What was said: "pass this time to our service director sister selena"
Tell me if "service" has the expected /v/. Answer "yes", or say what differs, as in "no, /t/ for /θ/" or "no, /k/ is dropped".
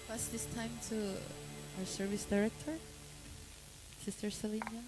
yes